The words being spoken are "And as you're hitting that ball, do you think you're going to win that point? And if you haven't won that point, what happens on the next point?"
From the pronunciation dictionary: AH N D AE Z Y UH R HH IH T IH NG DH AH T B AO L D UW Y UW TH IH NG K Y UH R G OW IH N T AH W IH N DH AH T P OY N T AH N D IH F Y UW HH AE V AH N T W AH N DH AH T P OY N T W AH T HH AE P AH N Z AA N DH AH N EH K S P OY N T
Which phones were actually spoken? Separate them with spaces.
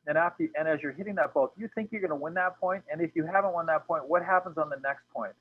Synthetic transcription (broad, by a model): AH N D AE Z Y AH R HH IH T IH NG DH AH T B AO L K Y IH TH IH NG K Y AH R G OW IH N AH W IH N DH AH T P OY N T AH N IH F Y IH HH AE V AH N T W AH N DH AH T P OY N T W AH T HH AE P AH N Z N DH AH N EH K S P OY N T